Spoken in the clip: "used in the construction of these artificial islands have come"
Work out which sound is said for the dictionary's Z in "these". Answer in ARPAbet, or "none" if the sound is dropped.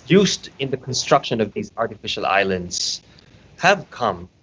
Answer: Z